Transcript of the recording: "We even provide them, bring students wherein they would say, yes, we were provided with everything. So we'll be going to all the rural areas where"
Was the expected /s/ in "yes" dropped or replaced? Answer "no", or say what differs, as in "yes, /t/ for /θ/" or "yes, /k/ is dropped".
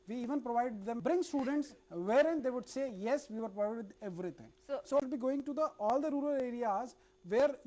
no